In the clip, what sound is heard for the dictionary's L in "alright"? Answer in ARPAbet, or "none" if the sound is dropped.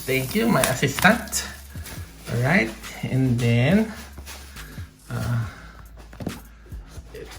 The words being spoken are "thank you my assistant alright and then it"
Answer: none